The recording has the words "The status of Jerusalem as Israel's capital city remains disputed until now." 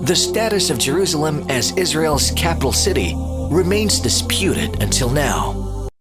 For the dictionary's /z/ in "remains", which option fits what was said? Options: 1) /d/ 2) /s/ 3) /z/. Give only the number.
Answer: 3